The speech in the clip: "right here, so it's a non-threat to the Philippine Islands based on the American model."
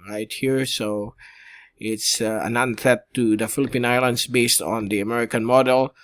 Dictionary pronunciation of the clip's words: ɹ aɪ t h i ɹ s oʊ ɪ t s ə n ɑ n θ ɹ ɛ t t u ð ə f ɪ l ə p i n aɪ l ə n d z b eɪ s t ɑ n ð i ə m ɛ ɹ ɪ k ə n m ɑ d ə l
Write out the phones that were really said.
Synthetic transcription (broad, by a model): ɹ aɪ t h i ɹ s oʊ ɪ t s ə n ɑ n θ ɛ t t u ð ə f ɪ l ə p i n aɪ l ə n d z b eɪ s t ɑ n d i ə m ɛ ɹ ɪ k ə n m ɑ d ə l